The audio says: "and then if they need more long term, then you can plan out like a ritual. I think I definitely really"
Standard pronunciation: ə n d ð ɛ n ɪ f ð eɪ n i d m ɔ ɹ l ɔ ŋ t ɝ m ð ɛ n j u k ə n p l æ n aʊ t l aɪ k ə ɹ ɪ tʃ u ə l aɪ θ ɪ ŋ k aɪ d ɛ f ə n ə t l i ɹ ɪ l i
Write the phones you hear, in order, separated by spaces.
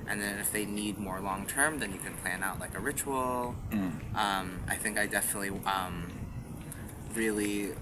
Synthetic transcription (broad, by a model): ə n ð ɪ n ɪ f ð eɪ n i d m ɔ ɹ l ɔ ŋ t ɝ m ð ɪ n j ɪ k ə n p l æ n aʊ t l aɪ k ə ɹ ɪ tʃ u ə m aɪ θ ɪ ŋ k aɪ d ɛ f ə n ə t l i ɹ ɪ l i